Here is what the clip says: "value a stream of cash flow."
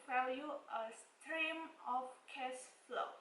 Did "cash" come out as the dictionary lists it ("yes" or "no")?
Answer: no